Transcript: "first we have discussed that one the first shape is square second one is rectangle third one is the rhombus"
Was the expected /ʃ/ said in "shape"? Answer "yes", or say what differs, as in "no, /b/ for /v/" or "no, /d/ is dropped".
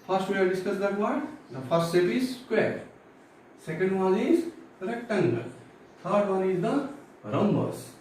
no, /s/ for /ʃ/